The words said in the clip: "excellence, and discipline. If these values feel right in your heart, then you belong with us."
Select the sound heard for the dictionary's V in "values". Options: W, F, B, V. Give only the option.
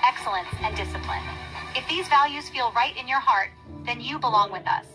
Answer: V